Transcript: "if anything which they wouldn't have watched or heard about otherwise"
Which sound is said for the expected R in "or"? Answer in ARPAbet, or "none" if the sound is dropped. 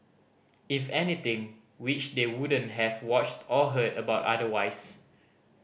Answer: L